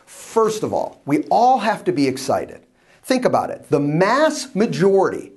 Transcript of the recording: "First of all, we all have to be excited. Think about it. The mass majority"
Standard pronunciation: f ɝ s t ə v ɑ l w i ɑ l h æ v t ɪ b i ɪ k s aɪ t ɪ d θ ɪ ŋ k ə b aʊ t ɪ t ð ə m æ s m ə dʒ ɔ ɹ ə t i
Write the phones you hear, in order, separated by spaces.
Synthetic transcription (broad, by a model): f ɝ s t ə v ɑ l w i ɑ l h æ f t ɪ b i ɪ k s aɪ t ɪ d θ ɪ ŋ k ə b aʊ t ɪ t ð ə m æ s m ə dʒ ɔ ɹ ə t i